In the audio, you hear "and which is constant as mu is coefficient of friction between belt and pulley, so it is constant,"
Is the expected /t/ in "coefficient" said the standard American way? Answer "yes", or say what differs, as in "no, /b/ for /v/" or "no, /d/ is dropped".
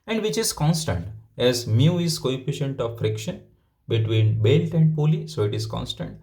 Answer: yes